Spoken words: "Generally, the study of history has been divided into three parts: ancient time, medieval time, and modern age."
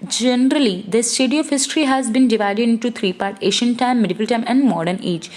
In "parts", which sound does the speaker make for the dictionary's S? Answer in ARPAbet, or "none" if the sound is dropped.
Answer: none